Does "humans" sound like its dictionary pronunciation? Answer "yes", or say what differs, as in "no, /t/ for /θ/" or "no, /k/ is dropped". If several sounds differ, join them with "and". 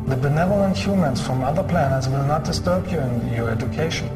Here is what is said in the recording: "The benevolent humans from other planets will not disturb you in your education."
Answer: no, /s/ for /z/